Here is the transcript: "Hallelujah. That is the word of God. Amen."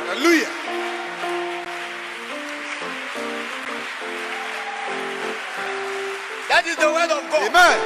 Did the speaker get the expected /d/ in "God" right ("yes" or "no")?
no